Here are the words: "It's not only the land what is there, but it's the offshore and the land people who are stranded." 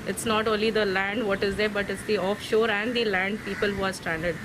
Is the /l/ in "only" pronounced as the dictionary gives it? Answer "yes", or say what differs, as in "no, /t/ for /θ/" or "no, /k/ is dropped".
yes